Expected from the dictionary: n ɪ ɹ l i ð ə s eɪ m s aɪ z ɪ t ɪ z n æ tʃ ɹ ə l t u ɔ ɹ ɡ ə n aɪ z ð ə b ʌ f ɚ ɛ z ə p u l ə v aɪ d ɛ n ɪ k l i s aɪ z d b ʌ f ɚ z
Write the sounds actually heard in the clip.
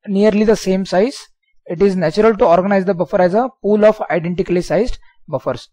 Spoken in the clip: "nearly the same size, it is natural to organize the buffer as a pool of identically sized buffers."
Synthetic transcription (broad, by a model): n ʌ ɹ l i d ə s eɪ m s aɪ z ɪ t ɪ z n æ tʃ ɹ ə l t u ɔ ɹ ɡ ə n aɪ z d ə b ʌ f ɚ ɛ z ə p u l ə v aɪ d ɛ n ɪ k l i s aɪ z d b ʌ f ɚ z